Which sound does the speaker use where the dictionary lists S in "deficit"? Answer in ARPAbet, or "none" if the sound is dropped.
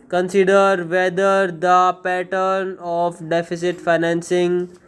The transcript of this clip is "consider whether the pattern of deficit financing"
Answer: S